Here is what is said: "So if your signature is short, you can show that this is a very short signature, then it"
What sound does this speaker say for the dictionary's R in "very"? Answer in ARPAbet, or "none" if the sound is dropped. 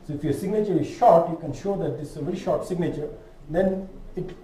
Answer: R